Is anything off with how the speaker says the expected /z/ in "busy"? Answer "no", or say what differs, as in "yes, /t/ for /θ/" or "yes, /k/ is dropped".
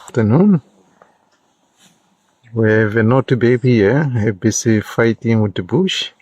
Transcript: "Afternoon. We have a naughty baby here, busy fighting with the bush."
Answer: yes, /s/ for /z/